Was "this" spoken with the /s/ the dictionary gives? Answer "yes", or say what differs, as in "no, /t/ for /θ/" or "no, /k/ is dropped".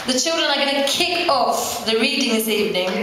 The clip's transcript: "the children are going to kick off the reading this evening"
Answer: yes